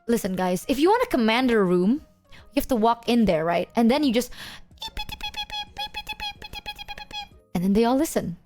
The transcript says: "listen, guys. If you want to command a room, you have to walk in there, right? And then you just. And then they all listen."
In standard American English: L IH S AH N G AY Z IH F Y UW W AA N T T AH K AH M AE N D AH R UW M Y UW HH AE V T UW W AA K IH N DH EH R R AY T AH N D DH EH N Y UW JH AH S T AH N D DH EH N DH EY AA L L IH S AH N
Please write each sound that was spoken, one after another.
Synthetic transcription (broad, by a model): L IH S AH N G AY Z IH F Y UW W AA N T T AH K AH M AE N D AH R UW M Y UW HH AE F T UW W AA K IH N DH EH R R AY T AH N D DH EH N Y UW JH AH S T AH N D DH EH N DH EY AA L L IH S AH N